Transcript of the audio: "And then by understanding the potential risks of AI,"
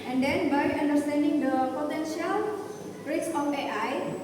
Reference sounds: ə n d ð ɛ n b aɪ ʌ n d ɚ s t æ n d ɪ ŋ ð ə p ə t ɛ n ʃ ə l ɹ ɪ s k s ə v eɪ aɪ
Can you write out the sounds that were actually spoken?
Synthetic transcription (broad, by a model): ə n d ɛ n b aɪ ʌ n d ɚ s t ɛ n d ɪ ŋ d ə p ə t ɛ n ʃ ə l ɹ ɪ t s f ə p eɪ aɪ